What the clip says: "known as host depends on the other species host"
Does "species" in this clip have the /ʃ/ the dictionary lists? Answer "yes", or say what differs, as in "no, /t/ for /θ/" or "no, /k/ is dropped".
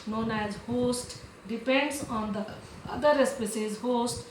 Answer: no, /s/ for /ʃ/